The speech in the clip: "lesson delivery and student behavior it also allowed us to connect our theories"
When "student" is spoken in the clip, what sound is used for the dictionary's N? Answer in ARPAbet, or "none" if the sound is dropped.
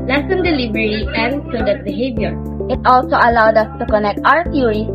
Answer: none